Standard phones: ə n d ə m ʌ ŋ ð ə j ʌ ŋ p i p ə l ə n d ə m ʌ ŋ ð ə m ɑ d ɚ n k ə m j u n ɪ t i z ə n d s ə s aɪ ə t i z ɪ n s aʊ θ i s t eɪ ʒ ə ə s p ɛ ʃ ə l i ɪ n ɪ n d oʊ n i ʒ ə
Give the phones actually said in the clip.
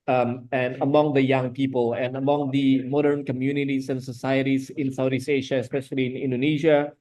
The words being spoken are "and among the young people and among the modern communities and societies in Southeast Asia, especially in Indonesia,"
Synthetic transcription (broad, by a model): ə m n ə m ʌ ŋ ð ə j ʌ ŋ p i p ə l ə n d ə m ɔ ŋ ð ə m ɑ d ɚ n k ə m j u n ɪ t i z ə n s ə s aɪ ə t i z ɪ n s aʊ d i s eɪ ʃ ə ə s p ɛ ʃ ə l i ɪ n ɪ n d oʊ n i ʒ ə